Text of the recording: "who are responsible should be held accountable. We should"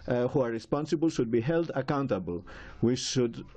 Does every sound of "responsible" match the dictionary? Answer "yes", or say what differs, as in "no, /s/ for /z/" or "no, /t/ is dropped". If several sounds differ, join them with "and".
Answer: yes